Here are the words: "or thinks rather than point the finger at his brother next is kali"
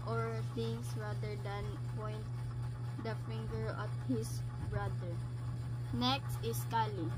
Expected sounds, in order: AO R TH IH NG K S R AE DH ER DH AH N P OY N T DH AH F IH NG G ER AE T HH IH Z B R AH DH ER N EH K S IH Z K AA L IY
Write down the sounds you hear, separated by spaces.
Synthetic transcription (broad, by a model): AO R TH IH NG S R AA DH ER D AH N P OY N T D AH F IH NG G ER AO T HH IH S B R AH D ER N EH K S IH S K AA L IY